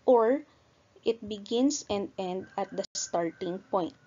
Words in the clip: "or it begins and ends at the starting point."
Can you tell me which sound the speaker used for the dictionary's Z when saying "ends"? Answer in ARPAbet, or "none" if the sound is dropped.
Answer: none